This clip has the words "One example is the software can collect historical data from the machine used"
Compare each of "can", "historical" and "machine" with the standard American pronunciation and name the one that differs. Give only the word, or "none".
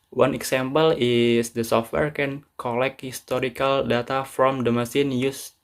machine